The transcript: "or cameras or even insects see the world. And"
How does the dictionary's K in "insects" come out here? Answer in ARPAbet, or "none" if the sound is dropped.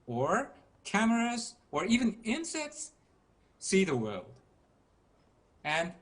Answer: K